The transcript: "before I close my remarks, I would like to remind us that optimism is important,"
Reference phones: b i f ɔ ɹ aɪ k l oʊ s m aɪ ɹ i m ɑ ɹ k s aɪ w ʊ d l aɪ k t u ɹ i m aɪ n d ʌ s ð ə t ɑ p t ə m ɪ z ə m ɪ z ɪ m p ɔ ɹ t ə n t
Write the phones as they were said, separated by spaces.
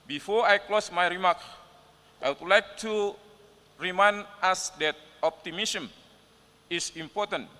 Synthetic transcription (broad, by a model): b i f ɔ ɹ aɪ k l oʊ s m aɪ ɹ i m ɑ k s aɪ w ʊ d l aɪ k t u ɹ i m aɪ n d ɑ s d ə t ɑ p t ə m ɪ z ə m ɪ s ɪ m p ɔ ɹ t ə n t